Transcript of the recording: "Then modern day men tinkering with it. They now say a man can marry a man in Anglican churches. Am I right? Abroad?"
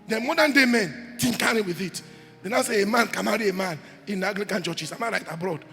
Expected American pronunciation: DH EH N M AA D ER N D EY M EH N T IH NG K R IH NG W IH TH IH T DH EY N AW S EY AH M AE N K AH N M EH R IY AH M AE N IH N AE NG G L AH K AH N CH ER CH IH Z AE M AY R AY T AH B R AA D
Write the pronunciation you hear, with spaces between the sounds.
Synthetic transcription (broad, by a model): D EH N M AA D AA N D EY M EH N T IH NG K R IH W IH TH IH T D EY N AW S EY AH M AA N K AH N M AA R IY AH M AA N IH N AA G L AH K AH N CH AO CH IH S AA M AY R AY T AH B R AA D